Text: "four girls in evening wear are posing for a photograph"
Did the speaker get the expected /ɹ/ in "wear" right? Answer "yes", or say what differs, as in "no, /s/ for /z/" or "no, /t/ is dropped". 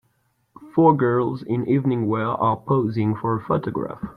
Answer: no, /l/ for /ɹ/